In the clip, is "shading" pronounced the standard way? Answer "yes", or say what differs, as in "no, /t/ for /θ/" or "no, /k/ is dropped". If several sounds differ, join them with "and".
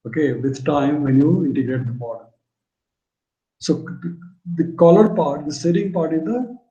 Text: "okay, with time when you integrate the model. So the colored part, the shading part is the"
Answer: no, /s/ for /ʃ/